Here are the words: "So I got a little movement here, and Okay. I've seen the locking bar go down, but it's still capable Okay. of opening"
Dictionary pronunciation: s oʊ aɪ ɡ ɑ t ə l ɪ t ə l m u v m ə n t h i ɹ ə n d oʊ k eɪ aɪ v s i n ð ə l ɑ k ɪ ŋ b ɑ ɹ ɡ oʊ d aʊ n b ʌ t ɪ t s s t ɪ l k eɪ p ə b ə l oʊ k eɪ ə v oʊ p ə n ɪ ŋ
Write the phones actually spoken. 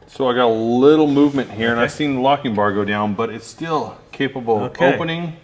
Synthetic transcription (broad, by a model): s oʊ aɪ ɡ ɑ t ə l ɪ t l m u v m ə n t h i ɹ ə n aɪ v s i n l ɑ k ɪ ŋ b ɑ ɹ ɡ oʊ d aʊ n b ʌ t ɪ t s s t ɪ l k eɪ p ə b l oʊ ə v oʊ p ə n ɪ ŋ